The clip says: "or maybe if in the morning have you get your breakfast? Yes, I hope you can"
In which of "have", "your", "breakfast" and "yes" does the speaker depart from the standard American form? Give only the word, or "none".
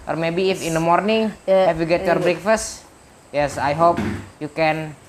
have